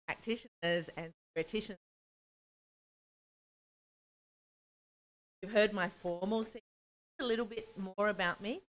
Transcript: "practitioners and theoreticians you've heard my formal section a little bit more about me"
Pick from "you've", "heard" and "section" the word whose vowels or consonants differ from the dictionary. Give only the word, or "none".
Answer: section